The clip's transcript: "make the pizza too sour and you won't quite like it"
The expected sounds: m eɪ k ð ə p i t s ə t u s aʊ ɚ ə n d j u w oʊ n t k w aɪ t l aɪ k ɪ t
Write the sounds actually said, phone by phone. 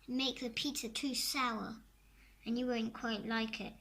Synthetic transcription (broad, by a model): m eɪ k ð ə p i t ə t u s aʊ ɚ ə n j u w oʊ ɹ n k w aɪ t l aɪ k ɪ t